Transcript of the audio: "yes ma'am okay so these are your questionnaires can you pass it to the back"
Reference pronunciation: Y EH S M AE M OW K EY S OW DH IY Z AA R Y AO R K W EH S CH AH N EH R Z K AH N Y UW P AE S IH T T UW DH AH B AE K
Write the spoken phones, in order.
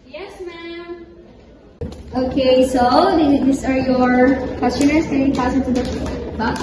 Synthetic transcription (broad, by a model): Y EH S M AE M OW K EY S OW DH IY S AA R Y AO R K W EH S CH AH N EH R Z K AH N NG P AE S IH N T UW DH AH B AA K